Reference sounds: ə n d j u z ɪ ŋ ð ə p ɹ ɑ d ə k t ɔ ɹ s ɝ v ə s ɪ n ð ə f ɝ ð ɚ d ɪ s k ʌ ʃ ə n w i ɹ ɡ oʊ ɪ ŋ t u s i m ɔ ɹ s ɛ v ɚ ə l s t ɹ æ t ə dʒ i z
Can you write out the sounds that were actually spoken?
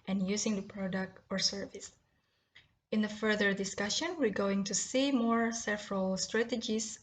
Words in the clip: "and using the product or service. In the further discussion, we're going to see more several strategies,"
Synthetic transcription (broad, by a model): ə n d j u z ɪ ŋ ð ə p ɹ ɑ d ə k t ɔ ɹ s ɝ v ə s ɪ n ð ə f ɝ ð ɚ d ɪ s k ʌ ʃ ə n w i ɹ ɡ oʊ ɪ ŋ t u s i m ɔ ɹ s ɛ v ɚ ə l s t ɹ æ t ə dʒ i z